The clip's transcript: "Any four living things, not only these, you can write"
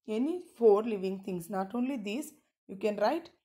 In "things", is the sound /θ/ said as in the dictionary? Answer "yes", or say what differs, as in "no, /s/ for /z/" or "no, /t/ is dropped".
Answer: no, /t/ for /θ/